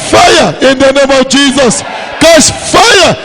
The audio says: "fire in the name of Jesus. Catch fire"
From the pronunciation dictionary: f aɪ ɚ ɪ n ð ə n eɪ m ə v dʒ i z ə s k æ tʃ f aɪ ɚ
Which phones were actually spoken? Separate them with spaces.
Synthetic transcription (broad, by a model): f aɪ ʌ ɪ n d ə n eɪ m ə w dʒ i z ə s k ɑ s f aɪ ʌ